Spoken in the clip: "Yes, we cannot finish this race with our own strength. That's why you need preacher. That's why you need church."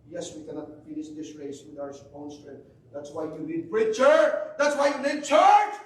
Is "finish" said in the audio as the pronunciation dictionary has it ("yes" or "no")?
yes